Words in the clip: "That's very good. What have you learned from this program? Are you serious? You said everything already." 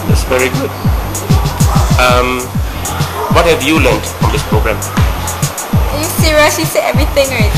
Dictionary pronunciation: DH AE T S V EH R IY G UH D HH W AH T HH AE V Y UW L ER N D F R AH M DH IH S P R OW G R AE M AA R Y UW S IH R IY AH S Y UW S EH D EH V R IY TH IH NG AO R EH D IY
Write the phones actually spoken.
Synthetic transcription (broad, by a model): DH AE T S V EH R IY G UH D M W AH T HH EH V Y UW L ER N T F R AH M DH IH S P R OW G R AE M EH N Y UW S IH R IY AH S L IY S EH EH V R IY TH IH NG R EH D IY